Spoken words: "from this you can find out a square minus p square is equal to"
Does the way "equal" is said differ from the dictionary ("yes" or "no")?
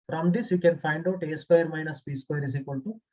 yes